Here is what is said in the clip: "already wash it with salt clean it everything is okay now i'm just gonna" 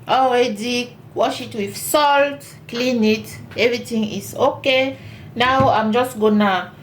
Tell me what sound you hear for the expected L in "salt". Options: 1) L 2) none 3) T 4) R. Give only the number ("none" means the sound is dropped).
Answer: 1